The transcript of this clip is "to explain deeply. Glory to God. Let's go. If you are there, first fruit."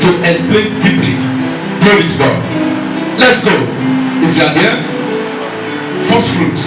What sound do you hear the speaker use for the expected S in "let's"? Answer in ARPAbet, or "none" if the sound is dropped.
S